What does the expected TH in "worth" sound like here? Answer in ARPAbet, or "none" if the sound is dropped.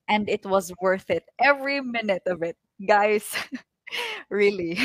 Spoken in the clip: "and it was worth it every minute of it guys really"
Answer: TH